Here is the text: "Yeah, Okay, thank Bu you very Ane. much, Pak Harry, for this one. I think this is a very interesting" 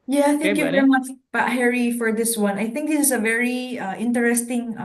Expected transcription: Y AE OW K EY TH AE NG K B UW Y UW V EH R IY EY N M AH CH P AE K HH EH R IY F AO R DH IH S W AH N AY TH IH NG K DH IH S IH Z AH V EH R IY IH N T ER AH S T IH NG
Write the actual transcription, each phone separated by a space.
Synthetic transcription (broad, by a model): Y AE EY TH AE K Y UW V EH R IY M AH CH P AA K HH EH R IY F AO R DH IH S W AH N AY TH IH NG K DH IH S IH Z AH V EH R IY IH N T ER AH S T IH NG